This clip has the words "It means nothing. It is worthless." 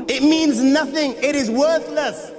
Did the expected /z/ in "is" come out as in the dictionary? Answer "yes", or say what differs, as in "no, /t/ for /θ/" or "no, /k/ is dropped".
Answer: yes